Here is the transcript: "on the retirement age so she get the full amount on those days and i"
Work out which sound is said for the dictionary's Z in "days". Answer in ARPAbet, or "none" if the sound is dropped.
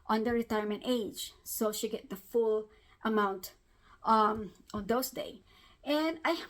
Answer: none